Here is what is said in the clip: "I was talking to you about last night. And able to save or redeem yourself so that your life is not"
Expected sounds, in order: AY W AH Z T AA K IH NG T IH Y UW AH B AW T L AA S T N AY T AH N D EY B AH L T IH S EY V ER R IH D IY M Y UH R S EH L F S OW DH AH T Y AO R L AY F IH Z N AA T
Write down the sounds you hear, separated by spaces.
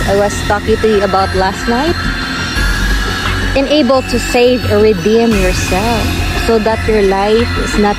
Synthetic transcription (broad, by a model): AY W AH S T AA K IH NG T IH Y UW AH B AW T L AA S T N AY T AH N EY B AH L T IH S EY V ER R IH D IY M Y UH R S EH L F S OW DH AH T Y AO R L AY F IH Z N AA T